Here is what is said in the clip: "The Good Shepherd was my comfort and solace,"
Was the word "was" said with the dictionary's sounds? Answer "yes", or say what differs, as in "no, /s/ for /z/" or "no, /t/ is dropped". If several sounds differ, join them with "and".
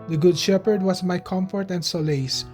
no, /s/ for /z/